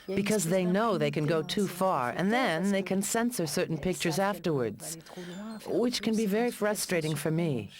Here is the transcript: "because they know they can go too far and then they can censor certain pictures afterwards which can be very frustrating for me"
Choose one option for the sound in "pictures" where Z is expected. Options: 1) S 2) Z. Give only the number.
2